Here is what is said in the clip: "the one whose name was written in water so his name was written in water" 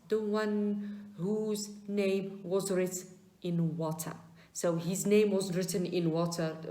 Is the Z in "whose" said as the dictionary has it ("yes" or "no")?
yes